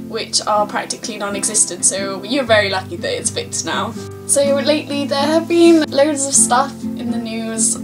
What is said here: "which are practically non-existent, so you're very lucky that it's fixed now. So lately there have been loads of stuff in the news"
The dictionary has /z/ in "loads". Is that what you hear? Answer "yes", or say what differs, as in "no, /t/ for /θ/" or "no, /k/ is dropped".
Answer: yes